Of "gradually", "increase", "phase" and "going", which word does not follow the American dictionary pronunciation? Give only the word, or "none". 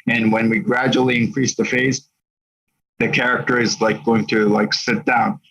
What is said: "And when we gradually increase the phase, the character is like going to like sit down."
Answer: none